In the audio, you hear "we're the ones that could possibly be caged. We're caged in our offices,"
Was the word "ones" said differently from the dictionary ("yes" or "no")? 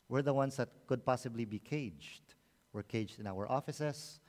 yes